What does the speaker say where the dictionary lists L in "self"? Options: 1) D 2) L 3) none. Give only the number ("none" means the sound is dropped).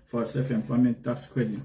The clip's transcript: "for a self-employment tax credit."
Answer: 3